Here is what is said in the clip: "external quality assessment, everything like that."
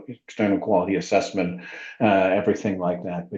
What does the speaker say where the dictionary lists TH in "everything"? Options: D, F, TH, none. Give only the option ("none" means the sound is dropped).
TH